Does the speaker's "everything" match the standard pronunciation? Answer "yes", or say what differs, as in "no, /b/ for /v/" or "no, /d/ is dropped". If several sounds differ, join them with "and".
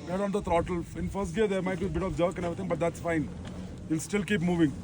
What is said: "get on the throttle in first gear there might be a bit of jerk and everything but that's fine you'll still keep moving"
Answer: no, /t/ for /θ/